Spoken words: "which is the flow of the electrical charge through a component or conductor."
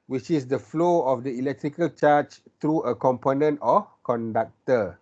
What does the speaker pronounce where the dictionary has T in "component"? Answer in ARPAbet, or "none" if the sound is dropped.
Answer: T